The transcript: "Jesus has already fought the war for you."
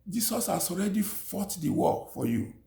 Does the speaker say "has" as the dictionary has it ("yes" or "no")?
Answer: no